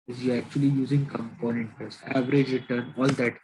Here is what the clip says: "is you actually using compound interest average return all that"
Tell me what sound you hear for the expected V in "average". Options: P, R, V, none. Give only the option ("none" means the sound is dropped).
V